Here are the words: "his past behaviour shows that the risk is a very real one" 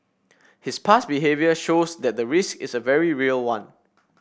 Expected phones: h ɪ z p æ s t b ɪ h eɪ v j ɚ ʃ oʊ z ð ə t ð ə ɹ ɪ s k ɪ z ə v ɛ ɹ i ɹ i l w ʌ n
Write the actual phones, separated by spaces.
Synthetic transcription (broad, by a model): h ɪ s p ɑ s b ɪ h eɪ v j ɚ ʃ oʊ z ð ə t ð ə ɹ ɪ s k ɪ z ə v ɛ ɹ i ɹ i l w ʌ n